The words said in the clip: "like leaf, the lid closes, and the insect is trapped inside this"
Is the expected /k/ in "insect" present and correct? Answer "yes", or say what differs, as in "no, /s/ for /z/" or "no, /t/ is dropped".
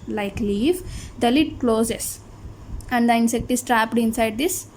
yes